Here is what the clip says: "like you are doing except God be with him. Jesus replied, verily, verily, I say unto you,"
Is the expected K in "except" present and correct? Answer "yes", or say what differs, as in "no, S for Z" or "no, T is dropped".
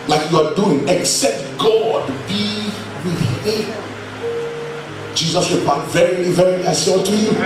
yes